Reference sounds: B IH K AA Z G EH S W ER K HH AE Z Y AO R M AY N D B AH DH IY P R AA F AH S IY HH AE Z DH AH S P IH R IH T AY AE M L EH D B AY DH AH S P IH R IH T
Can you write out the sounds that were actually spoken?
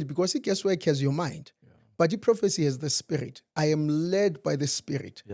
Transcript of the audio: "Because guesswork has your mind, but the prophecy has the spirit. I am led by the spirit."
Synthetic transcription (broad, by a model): B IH K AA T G EH S W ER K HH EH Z Y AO M AY N D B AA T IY P R AA F AH S IY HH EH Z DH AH S P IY R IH T AY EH M L EH D B AY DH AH S P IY R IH T